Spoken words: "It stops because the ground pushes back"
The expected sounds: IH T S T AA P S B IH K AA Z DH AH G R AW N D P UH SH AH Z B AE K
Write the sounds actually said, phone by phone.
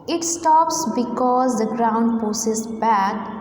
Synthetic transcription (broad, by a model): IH T S T AA P S B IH K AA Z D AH G R AW N D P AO S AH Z B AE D